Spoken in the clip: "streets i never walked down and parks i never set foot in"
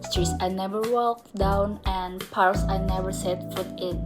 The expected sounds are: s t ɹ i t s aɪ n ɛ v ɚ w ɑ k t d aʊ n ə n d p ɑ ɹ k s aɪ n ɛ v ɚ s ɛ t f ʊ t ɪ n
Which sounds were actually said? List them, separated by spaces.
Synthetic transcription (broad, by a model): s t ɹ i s aɪ n ɛ v ɚ w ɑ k d aʊ n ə n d p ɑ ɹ s aɪ n ɛ v ɚ s ɛ t f ʊ t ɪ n